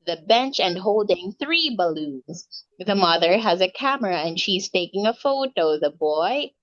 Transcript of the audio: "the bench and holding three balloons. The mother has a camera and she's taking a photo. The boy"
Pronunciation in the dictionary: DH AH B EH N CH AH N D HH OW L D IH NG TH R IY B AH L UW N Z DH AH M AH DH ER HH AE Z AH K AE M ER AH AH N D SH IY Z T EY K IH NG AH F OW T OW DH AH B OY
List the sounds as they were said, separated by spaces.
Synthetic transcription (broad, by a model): DH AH B EH N CH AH N HH OW L D IH NG TH R IY B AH L UW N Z DH AH M AH DH ER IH Z AH K AE M ER AH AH N SH IY Z T EY K IH NG AH F OW T OW DH AH B OY